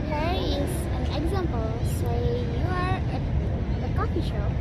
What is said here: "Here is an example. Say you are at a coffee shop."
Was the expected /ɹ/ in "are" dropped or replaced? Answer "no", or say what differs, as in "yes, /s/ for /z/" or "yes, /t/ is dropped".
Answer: no